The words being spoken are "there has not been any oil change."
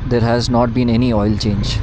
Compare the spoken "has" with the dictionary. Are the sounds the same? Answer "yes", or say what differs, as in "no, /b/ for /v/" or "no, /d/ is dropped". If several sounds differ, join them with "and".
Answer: yes